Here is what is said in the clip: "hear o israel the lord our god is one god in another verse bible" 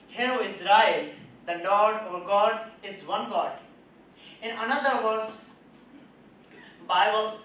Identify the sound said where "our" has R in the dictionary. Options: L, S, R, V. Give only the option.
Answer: R